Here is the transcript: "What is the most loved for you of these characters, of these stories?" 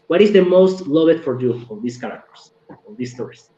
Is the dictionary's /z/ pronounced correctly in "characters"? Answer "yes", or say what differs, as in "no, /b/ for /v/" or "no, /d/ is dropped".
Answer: no, /s/ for /z/